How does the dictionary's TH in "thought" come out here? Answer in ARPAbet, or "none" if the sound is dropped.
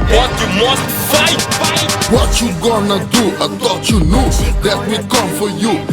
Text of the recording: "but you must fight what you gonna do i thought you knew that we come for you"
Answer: T